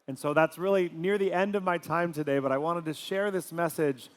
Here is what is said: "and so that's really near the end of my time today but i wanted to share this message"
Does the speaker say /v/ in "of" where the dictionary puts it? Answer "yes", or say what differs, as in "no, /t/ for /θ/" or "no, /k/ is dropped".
yes